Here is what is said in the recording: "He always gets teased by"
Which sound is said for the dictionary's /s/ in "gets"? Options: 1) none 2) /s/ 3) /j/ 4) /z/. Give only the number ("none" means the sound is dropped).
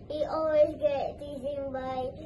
1